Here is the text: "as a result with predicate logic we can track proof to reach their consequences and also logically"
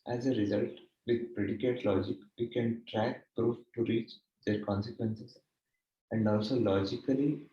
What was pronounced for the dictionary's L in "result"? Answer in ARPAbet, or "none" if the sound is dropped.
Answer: L